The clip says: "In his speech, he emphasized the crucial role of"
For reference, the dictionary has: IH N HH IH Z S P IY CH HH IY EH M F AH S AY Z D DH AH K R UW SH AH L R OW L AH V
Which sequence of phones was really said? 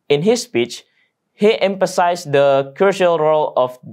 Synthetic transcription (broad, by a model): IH N HH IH S P IY CH HH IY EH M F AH S AY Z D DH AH K UW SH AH L R OW L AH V